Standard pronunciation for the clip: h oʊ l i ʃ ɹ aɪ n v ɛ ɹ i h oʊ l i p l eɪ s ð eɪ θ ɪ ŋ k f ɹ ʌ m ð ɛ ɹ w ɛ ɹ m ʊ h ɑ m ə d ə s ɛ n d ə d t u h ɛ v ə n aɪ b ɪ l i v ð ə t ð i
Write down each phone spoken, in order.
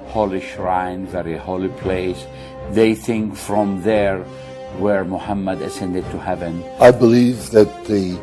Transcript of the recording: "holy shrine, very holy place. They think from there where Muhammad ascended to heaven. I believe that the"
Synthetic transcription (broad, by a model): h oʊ l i ʃ ɹ aɪ n v ɛ ɹ i h oʊ l i p l eɪ s ð eɪ θ ɪ ŋ k f ɹ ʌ m ð ɛ ɹ w ɛ ɹ m ʊ h ɑ m ə d ə s ɛ n d ə d t u h ɛ v ə n aɪ b ɪ l i v ð ə t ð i